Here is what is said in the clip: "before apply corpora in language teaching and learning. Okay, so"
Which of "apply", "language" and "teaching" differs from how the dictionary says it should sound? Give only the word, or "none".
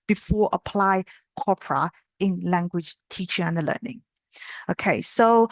none